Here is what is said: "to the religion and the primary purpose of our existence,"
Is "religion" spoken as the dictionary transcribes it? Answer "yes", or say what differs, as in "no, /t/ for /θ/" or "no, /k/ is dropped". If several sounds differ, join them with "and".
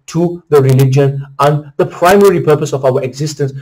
yes